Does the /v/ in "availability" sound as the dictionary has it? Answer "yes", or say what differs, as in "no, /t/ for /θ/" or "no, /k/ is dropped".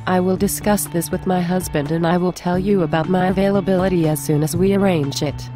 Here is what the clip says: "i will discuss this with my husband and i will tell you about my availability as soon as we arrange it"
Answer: yes